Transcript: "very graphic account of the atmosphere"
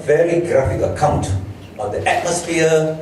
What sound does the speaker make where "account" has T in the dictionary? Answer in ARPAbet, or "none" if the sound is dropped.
T